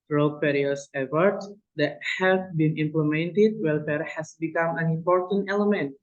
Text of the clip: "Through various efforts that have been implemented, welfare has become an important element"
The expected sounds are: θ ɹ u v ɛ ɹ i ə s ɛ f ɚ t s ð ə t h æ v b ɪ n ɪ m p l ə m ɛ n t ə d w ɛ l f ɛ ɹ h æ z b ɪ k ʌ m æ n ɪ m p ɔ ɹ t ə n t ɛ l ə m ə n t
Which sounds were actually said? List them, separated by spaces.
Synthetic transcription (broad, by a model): ɹ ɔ p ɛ ɹ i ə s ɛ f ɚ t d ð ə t h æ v b ɪ n ɪ m p l ə m ɛ n t ə d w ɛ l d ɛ ɹ h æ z b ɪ k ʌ m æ n ɪ m p ɔ ɹ t ə n t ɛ l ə m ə n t